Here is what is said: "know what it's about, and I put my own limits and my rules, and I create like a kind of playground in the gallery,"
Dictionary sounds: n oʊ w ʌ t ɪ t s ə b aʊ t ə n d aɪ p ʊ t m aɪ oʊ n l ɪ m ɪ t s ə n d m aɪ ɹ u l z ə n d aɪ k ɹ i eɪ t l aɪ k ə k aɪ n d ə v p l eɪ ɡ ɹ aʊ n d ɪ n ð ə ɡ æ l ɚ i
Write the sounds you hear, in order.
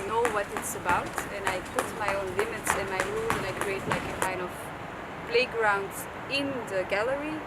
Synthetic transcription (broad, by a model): n oʊ w ʌ t ɪ t s ə b aʊ t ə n aɪ p ʊ t m aɪ oʊ n l ɪ m ɪ t s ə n m aɪ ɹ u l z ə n aɪ k ɹ i eɪ t l aɪ k ə k aɪ n d ə v b l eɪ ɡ ɹ aʊ n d ɪ n ð ə ɡ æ l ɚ i